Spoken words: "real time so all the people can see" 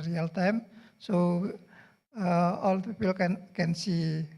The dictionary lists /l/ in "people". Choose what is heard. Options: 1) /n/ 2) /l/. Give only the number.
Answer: 1